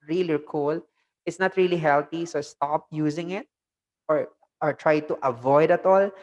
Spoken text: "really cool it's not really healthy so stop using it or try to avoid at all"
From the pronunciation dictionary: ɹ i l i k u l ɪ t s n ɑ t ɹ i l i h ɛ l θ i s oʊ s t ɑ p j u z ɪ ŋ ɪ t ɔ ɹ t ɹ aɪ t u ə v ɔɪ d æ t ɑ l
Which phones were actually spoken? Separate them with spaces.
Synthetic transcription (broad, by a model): ɹ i l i k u l ɪ t s n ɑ t ɹ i l i h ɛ l t i s oʊ s t ɑ p j u z ɪ ŋ ɪ t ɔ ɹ t ɹ aɪ t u ə v ɔɪ d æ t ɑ l